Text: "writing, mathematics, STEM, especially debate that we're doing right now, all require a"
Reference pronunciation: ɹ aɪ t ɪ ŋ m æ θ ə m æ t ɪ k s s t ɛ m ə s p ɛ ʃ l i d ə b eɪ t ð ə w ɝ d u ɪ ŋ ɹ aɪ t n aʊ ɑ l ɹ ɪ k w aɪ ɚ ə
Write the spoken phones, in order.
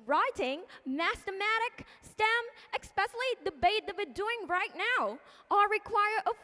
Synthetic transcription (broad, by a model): ɹ aɪ t ɪ ŋ m æ t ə m æ t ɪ k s s t ɛ m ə s p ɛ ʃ l i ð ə b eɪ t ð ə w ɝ d u ɪ ŋ ɹ aɪ t n aʊ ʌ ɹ ɹ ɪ k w aɪ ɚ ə